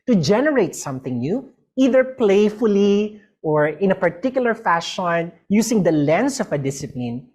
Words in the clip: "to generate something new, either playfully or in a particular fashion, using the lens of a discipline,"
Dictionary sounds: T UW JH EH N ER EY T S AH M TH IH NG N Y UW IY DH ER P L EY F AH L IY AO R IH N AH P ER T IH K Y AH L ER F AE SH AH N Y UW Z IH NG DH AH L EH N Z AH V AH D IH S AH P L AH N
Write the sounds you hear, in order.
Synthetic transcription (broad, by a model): T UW JH EH N ER EY T S AH M TH IH NG N Y UW IY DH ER P L EY F AH L IY AO R IH N AH P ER T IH K Y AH L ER F AE SH AH N Y UW S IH NG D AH L EH N S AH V AH D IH S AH P L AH N